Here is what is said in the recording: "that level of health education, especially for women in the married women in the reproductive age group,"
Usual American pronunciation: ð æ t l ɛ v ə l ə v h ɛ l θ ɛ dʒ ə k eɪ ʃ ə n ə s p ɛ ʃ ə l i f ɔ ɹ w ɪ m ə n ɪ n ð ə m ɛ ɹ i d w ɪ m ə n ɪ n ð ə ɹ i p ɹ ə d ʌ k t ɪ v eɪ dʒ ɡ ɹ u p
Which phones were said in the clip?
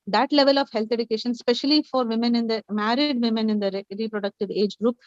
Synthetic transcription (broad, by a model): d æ t l ɛ v ə l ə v h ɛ l t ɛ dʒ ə k eɪ ʃ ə n s p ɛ ʃ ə l i f ɔ ɹ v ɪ m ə n ɪ n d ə m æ ɹ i d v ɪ m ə n ɪ n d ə ɹ i p ɹ ə d ʌ k t ɪ v eɪ dʒ ɡ ɹ u p